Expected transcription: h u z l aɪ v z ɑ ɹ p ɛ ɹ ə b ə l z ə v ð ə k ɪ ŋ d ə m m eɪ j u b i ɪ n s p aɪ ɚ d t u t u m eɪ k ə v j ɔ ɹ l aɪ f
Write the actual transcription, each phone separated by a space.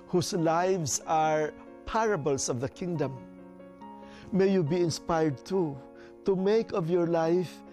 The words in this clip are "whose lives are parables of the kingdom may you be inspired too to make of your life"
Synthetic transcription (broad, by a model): h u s l aɪ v s ɑ ɹ p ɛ ɹ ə b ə l s ə v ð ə k ɪ ŋ d ə m m eɪ j u b i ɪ n s p aɪ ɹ d t u t u m eɪ k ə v j ɔ ɹ l aɪ f